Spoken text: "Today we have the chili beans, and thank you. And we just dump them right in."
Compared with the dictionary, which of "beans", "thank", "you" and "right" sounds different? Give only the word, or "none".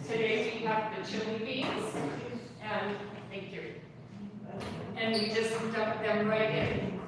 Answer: beans